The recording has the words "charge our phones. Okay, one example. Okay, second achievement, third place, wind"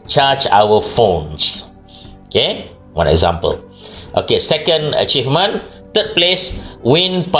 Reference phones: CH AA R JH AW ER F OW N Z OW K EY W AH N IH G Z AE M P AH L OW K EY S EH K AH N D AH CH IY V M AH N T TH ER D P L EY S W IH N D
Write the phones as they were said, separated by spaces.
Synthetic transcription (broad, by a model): CH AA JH AW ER F OW N S OW K EY W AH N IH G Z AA M P AH L OW K EY S EH K AH N D AH CH IY V M AH N T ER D P L EY S W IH N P